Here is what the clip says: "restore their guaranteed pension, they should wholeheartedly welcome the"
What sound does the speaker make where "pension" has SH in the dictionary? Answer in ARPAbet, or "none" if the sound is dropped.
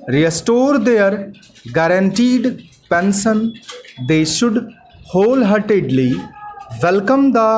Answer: S